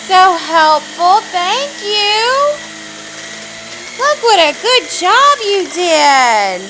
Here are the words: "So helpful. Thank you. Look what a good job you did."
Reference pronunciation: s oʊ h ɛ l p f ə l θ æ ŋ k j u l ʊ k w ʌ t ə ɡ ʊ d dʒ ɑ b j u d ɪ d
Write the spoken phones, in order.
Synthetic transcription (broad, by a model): s oʊ h ɛ l p f l θ æ ŋ k j u l ʊ k w ʌ t ə ɡ ʊ d dʒ ɑ b j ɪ d ɪ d